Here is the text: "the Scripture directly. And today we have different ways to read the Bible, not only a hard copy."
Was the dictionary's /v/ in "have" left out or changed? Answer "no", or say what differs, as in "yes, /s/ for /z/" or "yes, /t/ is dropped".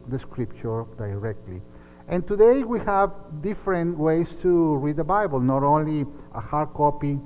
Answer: no